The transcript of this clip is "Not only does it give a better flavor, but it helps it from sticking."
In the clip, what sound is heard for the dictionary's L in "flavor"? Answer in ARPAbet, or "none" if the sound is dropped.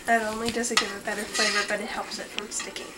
none